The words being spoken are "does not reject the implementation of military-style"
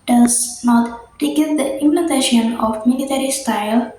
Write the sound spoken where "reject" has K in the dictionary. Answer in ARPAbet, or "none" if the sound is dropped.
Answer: none